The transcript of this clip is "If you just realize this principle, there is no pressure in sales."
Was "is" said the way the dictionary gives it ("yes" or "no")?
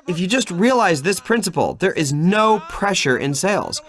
yes